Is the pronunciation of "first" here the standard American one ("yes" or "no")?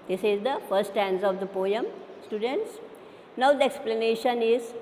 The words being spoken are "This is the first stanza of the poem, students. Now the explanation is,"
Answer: no